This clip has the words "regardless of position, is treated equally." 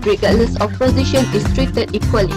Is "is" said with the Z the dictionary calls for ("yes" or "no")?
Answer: no